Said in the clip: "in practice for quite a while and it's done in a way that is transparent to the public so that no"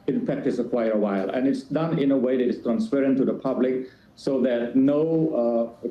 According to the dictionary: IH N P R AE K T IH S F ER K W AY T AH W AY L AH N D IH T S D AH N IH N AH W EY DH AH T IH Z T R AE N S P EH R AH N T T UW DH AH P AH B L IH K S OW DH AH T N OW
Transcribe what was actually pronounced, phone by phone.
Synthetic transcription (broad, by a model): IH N P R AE K T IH S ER K W AY T AH W AY L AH N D IH T S D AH N IH N AH W EY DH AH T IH S T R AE N S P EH R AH N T T UW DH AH P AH B L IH K S OW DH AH T N OW